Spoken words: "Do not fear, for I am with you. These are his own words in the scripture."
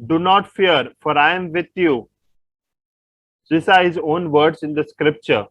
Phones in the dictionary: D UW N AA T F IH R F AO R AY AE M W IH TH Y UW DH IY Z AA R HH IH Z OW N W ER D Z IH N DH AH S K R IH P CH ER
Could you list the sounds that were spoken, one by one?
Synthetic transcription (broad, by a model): D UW N AA T F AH R F AO R AY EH M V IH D Y UW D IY S AA R HH IH Z OW N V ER D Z IH N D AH S K R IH P CH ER